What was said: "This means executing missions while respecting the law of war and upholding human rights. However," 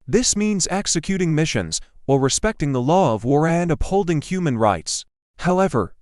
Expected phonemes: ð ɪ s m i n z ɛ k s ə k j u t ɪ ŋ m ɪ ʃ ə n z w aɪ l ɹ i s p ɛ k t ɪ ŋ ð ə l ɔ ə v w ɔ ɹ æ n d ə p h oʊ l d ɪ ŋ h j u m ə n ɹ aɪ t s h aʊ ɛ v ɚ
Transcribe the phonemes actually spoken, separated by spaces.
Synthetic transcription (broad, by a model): ð ɪ s m i n z ɛ k s ə k j u t ɪ ŋ m ɪ ʃ ə n z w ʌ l ɹ i s p ɛ k t ɪ ŋ ð ə l ɔ ə v w ɔ ɹ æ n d ə p h oʊ l d ɪ ŋ h j u m ə n ɹ aɪ t s h aʊ ɛ v ɚ